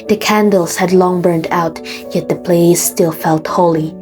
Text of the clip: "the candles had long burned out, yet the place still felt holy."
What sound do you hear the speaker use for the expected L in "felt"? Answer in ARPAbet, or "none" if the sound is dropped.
L